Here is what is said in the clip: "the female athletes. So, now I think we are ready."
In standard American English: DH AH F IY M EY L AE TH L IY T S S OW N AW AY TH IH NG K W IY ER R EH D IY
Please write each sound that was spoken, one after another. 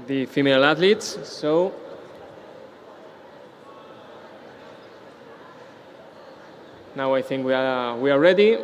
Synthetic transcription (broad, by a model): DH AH F IY M EY L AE T L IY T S S OW N AW AY TH IH NG K W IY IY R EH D IY